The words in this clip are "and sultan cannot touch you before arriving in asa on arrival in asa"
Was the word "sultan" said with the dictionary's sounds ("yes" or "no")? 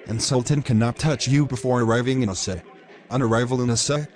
yes